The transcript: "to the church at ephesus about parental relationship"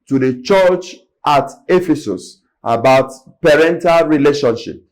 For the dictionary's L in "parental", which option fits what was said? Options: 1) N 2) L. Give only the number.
2